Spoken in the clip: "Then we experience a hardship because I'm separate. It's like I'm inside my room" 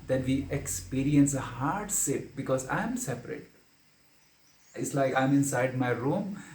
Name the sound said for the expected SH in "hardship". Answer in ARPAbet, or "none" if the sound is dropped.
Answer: S